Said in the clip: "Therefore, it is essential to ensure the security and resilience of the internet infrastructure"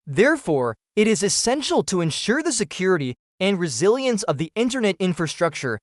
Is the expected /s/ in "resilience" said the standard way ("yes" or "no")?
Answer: yes